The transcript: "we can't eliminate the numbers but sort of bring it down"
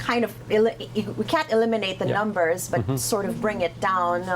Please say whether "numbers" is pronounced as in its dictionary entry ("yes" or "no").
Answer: yes